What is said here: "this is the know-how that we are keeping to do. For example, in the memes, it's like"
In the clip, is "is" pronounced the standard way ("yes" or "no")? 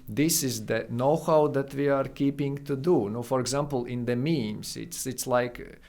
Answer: yes